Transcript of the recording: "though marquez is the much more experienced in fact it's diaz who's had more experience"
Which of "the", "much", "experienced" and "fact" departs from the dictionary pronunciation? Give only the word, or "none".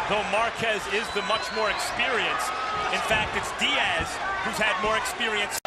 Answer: experienced